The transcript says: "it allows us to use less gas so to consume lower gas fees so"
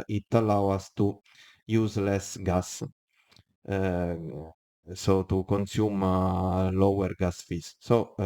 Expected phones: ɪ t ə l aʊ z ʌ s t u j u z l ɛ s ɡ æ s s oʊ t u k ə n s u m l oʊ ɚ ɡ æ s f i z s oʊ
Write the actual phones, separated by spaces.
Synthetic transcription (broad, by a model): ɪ t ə l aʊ ɑ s t u j u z l ɛ s ɡ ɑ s s oʊ t u k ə n s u m l oʊ ɚ ɡ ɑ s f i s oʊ